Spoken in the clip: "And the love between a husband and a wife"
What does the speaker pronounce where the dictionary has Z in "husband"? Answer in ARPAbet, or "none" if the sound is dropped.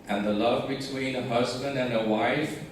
Z